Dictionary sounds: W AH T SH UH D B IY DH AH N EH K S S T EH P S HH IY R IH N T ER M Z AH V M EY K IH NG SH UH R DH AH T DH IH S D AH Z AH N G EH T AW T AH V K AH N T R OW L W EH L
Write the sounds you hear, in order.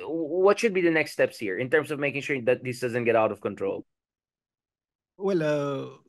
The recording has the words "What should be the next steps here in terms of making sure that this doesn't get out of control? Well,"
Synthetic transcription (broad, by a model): W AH T SH UH D B IY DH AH N EH K S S T EH P S HH IY R IH N T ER M S AH V M EY K IH NG SH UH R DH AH T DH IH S D AH Z AH N G EH T AW T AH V K AH N T R OW L W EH L